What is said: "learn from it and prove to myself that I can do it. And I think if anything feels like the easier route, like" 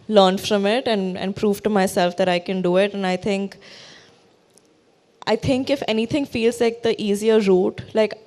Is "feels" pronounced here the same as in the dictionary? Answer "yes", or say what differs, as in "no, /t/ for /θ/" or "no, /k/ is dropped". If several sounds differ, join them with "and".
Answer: yes